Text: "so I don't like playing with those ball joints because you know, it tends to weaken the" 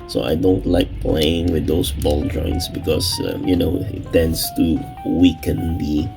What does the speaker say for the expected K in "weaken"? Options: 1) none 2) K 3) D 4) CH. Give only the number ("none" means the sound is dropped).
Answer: 2